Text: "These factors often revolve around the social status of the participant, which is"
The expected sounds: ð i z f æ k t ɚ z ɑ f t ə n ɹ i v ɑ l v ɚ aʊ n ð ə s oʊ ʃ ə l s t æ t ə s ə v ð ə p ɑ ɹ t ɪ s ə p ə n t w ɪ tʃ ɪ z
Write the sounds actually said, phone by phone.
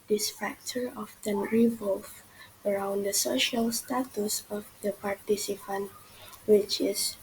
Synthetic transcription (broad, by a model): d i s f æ k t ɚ ɑ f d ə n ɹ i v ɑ l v ɚ aʊ n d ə s oʊ ʃ ə l s t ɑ t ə s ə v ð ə p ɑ ɹ t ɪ s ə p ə n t w ɪ tʃ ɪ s